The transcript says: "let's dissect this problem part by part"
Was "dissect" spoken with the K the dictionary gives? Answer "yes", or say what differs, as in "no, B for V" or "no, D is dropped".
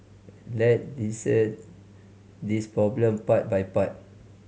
no, K is dropped